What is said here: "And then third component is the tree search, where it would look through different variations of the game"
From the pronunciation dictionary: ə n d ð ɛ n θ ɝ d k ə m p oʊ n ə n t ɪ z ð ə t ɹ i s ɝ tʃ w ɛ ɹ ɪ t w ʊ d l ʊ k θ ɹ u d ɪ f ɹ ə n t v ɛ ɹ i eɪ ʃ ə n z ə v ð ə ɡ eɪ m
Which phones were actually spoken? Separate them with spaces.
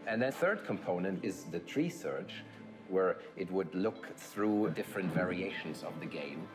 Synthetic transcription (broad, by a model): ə n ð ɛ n θ ɝ d k ə m p oʊ n ə n t ɪ z ð ə t ɹ i s ɝ tʃ w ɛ ɹ ɪ t w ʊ d l ʊ k θ ɹ u d ɪ f ɹ ə n t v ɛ ɹ i eɪ ʃ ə n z ə v ð ə ɡ eɪ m